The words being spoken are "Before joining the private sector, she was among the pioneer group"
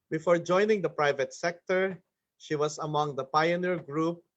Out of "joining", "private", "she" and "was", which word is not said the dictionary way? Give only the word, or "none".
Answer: was